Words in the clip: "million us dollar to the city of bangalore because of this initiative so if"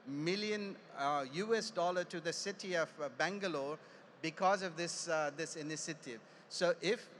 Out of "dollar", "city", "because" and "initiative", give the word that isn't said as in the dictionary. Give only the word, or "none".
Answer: none